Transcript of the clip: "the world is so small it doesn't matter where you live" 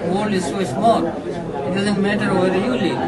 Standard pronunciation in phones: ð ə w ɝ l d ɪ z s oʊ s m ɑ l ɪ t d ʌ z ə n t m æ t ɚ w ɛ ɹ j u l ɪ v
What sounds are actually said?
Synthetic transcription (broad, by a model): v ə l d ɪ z s oʊ s m ɑ l ɪ t d ʌ z ə n t m æ t ɚ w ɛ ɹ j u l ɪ